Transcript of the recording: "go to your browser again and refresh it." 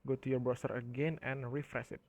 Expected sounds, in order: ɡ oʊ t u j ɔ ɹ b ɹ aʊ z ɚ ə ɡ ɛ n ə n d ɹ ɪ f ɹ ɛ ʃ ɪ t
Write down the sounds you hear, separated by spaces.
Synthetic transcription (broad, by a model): ɡ oʊ t u j ɔ ɹ b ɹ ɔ s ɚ ə ɡ ɛ n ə n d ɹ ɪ f ɹ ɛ s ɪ t